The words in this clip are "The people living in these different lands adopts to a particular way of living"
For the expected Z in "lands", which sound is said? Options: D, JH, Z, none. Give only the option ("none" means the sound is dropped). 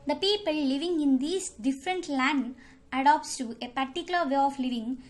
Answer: none